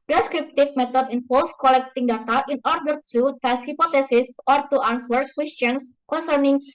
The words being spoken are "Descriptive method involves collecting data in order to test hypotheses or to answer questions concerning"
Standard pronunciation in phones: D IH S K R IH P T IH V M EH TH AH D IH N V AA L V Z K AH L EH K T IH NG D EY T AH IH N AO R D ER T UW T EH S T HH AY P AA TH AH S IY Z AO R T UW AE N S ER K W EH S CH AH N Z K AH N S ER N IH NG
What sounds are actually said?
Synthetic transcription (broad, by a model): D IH S K R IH P T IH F M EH T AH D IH N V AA L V K AH L EH K T IH NG D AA T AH IH N AO R D ER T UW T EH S HH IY P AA T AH S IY S AO R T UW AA N S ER K W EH S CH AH N S K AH N S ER N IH NG